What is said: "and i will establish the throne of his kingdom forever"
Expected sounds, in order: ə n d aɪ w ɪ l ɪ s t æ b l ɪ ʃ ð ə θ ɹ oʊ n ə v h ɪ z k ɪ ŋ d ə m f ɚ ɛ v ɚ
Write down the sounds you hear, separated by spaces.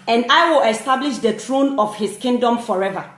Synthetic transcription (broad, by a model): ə n d aɪ w ɪ l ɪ s t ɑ b l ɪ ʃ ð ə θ ɹ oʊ n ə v h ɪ s k ɪ ŋ d ə m f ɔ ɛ v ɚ